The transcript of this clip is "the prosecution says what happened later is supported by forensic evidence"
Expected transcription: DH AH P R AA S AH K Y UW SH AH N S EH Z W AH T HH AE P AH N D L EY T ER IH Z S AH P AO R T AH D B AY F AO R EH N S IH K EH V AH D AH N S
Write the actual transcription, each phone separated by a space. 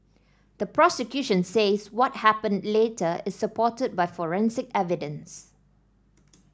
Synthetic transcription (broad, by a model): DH AH P R AA S AH K Y UW SH AH N S EH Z W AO T HH AE P AH N D L EY T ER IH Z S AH P AO T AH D B AY F AO R EH N S IH K EH V AH D AH N S